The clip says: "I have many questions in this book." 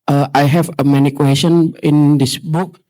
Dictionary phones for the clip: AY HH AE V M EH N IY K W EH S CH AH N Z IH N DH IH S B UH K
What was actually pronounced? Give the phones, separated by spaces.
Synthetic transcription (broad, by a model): AY HH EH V M EH N IY K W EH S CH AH N IH N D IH S B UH K